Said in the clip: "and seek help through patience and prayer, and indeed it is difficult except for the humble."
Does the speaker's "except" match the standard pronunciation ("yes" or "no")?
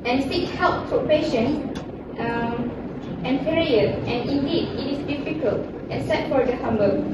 no